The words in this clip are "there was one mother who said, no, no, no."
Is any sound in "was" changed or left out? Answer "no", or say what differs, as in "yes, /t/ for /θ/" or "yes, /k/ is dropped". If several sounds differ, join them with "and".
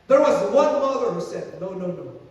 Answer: no